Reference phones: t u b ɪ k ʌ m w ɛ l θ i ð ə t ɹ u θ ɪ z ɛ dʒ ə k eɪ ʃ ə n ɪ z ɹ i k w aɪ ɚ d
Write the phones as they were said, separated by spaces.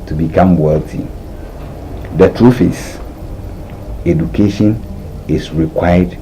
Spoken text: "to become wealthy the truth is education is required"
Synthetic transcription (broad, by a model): t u b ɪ k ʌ m w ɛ l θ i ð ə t ɹ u f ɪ s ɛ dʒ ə k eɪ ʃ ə n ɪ s ɹ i k w aɪ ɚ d